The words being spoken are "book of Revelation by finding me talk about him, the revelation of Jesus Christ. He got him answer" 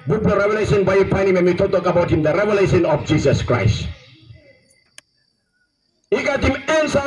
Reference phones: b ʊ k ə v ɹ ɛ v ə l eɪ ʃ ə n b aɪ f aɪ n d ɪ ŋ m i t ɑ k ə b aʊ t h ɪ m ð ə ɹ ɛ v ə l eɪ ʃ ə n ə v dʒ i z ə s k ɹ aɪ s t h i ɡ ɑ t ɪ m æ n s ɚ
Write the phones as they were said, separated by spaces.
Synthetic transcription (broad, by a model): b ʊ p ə ɹ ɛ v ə l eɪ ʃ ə n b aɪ p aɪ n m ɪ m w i t ɑ k ə b aʊ t h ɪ m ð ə ɹ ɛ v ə l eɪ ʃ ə n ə f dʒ i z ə s k ɹ aɪ s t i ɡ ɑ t ɪ m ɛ n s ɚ